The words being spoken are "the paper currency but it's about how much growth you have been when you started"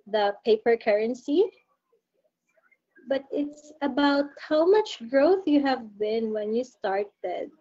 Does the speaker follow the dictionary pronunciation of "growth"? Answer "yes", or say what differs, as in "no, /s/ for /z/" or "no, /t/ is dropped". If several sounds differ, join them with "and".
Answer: yes